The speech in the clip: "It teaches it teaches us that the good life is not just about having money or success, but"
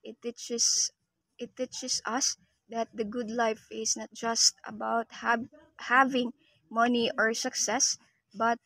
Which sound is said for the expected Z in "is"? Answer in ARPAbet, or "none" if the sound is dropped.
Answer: S